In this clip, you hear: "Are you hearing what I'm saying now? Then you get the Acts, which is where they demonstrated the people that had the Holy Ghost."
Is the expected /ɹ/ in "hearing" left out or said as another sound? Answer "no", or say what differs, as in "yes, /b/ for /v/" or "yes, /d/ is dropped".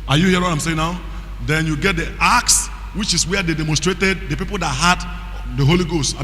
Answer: yes, /ɹ/ is dropped